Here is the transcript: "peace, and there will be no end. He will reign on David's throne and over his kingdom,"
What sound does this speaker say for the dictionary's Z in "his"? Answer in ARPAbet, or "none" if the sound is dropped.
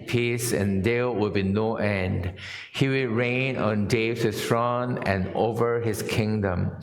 S